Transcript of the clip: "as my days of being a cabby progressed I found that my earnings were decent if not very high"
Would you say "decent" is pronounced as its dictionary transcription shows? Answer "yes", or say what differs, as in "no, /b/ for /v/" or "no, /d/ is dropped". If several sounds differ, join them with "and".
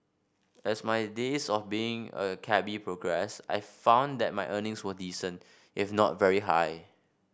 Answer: yes